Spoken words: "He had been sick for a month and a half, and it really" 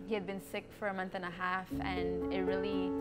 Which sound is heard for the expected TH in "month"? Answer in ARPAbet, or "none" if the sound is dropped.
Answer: TH